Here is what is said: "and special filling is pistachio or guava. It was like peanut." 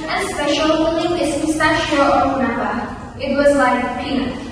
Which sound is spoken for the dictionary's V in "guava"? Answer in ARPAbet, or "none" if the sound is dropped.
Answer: P